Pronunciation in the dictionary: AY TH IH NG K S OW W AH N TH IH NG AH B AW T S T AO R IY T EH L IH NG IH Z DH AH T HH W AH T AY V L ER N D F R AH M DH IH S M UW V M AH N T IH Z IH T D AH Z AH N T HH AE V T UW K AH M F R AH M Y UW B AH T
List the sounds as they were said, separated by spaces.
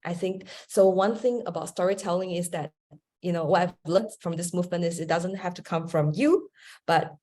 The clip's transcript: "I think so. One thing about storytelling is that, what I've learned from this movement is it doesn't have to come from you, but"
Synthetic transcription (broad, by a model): AY TH IH NG K S OW W AH N TH IH NG AH B AW T S T AO R IY T EH L IH NG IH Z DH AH T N W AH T AY V L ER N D F R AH M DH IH S M UW V M AH N T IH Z IH T D AH Z AH N T HH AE F T UW K AH M F R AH M Y UW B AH T